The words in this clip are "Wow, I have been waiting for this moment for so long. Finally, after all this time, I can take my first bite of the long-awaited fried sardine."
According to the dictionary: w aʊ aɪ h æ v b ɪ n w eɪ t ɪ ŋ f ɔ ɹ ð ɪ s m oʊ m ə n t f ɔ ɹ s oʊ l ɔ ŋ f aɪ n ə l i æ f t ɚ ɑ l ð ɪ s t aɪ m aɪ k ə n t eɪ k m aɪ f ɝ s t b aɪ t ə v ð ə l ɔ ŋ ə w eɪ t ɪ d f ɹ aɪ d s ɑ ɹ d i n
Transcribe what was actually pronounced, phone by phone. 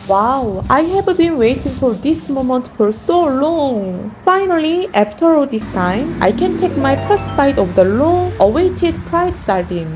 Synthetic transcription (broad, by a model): w aʊ aɪ h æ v b ɪ n w eɪ t ɪ ŋ f ɔ ɹ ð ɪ s m oʊ m ə n t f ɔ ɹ s oʊ l ɔ ŋ f aɪ n ə l i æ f t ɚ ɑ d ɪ s t aɪ m aɪ k ə n t eɪ k m aɪ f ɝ s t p aɪ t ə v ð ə l ɔ ŋ ə w eɪ t ɪ d p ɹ aɪ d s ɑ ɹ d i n